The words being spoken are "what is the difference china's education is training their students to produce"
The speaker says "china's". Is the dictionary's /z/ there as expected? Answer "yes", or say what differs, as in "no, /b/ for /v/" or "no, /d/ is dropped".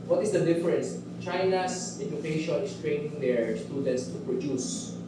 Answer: no, /s/ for /z/